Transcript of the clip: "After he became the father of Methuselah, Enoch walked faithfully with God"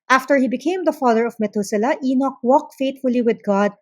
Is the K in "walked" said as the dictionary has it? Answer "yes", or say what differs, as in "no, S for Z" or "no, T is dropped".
yes